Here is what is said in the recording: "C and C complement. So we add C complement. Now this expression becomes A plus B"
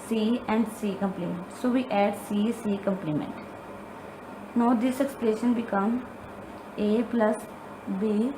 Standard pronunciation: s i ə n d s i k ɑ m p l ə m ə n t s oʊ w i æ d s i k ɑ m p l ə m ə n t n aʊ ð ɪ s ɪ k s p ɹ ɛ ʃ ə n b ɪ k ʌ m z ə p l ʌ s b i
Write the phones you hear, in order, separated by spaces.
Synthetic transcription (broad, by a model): s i ə n d s i k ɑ m p l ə m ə n t s oʊ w i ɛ d s i k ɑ m p l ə m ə n t n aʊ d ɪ s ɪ k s p l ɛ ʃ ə n b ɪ k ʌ m ə p l ʌ s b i